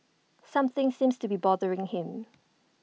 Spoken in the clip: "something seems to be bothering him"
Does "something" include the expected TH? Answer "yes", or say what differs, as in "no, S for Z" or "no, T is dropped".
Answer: yes